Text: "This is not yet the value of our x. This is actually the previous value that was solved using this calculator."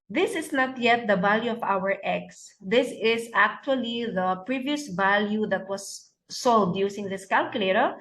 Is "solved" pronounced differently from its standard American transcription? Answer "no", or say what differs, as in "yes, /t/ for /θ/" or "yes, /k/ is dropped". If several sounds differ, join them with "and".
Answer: yes, /v/ is dropped